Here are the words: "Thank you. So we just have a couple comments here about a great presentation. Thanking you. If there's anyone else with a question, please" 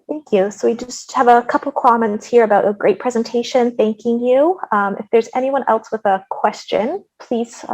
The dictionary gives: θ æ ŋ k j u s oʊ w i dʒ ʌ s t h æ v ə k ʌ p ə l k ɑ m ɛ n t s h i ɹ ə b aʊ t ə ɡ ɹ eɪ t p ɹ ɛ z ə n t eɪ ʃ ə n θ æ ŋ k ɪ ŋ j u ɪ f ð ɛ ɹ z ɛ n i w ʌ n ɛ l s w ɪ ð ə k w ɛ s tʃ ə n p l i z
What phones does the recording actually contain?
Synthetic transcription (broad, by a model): θ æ ŋ k j u s oʊ w i dʒ ʌ s t h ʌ v ə k ʌ p l k ɑ m ɛ n t s h i ɹ ə b aʊ t ə ɡ ɹ eɪ t p ɹ ɛ z ə n t eɪ ʃ ə n θ æ ŋ k ɪ ŋ j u ɪ f ð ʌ ɹ z ɛ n i w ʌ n ɛ l s w ɪ ð ə k w ɛ s tʃ ə n p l i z